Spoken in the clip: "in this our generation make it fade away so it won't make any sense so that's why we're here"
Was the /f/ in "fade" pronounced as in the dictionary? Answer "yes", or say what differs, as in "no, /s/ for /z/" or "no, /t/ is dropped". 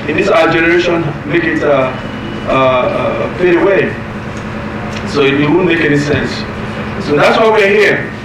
no, /p/ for /f/